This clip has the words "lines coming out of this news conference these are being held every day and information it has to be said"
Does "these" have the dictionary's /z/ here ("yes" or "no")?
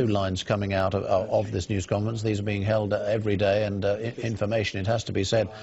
yes